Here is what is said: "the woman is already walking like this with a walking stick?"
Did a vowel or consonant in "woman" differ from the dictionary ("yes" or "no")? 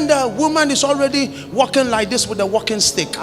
no